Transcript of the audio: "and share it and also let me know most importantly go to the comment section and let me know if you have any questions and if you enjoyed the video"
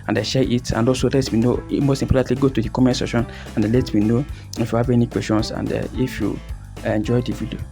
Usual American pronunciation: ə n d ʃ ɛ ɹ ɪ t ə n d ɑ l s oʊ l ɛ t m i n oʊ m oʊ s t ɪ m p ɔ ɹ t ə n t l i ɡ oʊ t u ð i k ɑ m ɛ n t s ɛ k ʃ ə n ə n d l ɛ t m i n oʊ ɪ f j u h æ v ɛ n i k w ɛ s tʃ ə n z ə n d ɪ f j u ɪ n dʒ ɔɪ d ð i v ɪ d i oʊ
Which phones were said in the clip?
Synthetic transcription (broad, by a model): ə n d ʃ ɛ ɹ ɪ t ə n d ɑ l s oʊ l ɛ t m i n oʊ m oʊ s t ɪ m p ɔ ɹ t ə t l i ɡ oʊ t u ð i k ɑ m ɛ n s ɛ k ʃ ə n ə n d l ɛ t m i n oʊ ɪ f j u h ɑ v ɛ n i k w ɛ s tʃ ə n s ə n d ɪ f j u ɪ n dʒ ɔɪ d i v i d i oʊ